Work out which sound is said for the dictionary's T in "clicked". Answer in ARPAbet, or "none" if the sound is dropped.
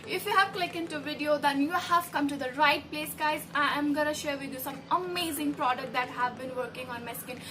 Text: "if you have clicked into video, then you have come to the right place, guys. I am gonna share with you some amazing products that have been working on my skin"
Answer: none